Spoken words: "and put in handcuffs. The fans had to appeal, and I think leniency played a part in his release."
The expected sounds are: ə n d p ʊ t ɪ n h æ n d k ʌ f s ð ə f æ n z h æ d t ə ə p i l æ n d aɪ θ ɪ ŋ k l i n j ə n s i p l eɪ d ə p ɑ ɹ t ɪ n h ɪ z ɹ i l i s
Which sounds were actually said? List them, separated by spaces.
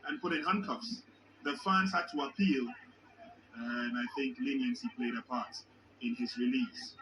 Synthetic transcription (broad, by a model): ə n p ʊ t ɪ n h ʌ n k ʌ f s ð ə f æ n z h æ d t ə ə p i l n aɪ θ ɪ ŋ k l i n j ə n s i p l eɪ d ə p ɑ ɹ t ɪ n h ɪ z ɹ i l i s